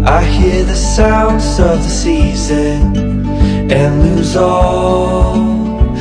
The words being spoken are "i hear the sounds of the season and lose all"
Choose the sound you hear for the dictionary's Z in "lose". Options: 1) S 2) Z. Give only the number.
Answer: 2